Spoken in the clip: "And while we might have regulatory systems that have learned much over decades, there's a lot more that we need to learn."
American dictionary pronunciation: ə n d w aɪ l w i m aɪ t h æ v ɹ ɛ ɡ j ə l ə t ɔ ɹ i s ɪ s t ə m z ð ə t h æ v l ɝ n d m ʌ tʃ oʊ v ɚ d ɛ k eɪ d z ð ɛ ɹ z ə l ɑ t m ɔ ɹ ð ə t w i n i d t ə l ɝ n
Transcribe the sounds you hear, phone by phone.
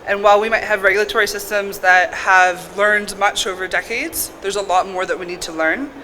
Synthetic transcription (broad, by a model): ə n w aɪ l w i m aɪ t h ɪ v ɹ ɛ ɡ j l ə t ɔ ɹ i s ɪ s t ə m z ð ə t h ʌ v l ɝ n d m ʌ tʃ oʊ v ɚ d ɛ k eɪ d z ð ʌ ɹ z ə l ɑ t m ɔ ɹ ð ə t w i n i d t ə l ɝ n